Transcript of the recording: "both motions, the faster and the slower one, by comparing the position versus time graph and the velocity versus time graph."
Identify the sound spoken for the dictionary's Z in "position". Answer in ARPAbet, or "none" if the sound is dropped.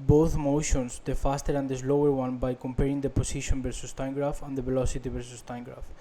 S